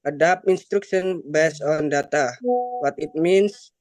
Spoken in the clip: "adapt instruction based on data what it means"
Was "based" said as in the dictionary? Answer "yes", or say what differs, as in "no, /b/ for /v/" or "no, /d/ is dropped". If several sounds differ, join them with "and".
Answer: no, /t/ is dropped